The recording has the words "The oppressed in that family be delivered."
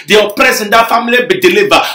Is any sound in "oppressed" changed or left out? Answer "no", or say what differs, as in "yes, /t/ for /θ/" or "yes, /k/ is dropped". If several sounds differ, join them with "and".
yes, /t/ is dropped